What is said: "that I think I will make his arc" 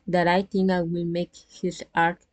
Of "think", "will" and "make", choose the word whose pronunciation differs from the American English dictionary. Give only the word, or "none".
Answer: think